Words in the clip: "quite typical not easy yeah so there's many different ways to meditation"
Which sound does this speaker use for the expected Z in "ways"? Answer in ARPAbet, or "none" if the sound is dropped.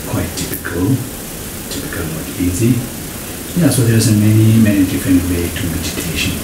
none